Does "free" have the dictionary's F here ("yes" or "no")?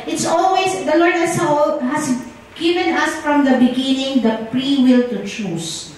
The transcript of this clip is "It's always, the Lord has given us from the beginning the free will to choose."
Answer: no